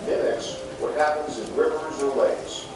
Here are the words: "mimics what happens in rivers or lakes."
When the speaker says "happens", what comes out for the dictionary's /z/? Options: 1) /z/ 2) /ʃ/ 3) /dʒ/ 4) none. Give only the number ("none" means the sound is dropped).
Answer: 1